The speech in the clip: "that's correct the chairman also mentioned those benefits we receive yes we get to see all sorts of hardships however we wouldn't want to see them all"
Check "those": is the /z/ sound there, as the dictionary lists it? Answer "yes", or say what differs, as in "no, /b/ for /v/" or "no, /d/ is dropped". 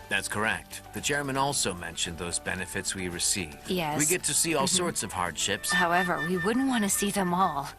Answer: yes